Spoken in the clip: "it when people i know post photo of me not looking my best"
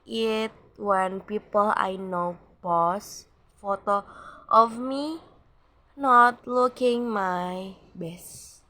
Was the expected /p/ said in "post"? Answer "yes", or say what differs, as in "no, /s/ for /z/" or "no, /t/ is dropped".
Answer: no, /b/ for /p/